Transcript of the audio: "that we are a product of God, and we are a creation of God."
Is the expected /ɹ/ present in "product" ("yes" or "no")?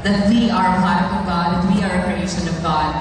no